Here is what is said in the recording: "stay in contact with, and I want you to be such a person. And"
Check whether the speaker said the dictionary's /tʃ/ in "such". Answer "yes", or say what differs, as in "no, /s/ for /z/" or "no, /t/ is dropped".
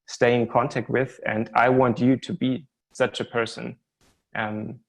yes